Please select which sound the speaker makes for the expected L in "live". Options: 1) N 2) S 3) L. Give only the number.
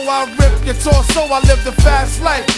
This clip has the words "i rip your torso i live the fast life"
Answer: 3